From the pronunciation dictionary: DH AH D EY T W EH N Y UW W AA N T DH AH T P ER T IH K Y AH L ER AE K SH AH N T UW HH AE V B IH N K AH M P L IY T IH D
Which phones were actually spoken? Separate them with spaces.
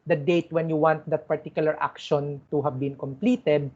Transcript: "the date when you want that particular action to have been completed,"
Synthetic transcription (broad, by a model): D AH D EY T W EH N Y UW W AA N T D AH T P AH T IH K Y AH L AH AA K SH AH N T UW HH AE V B IH N K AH M P L IY T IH D